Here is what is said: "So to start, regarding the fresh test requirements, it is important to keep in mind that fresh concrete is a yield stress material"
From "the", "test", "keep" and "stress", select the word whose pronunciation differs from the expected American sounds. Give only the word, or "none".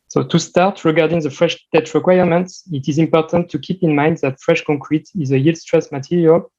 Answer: test